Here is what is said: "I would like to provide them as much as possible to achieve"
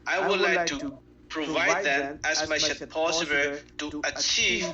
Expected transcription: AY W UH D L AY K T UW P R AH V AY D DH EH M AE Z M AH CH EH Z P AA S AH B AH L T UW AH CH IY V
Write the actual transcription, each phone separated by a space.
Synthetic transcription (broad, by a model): AY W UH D L AY K T UW P R AH V AY D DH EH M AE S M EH SH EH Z P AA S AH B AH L T UW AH CH IY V